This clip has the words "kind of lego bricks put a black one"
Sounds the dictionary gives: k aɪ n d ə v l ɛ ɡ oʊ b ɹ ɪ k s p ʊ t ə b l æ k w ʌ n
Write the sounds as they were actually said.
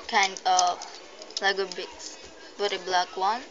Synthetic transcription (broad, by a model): k aɪ n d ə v l ɛ ɡ oʊ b ɪ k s b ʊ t ə b l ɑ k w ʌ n